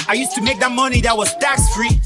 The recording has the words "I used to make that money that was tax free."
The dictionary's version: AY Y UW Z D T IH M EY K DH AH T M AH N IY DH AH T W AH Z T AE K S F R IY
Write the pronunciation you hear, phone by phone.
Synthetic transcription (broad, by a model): AY Y UW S T IH M EY K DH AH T M AH N IY DH AH T W AH Z T AE K S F R IY